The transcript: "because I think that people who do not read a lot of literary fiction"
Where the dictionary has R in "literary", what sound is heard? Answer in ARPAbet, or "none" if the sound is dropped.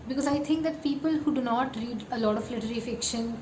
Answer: L